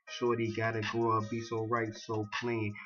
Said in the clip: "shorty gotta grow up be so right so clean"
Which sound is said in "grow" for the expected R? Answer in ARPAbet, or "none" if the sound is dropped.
none